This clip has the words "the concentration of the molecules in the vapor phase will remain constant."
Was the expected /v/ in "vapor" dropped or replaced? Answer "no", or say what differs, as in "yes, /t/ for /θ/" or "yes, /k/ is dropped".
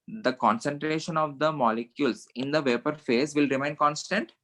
no